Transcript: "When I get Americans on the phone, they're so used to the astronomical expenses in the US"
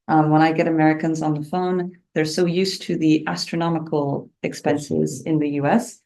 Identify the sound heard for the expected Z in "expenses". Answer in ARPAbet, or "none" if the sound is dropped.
Z